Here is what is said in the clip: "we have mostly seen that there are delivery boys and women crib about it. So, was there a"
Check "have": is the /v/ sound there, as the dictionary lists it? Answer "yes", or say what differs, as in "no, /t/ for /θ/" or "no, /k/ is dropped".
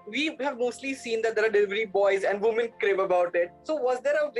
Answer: yes